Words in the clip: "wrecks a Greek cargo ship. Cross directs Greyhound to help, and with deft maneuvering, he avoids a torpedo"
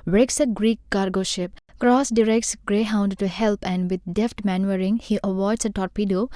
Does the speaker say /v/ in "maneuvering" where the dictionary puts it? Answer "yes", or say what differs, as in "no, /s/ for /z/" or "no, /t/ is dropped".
no, /v/ is dropped